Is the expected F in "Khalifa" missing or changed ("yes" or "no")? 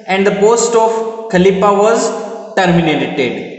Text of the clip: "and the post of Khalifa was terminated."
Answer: yes